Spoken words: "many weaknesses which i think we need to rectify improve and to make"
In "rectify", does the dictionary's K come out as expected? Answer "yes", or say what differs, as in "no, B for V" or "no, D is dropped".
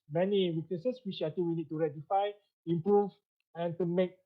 no, K is dropped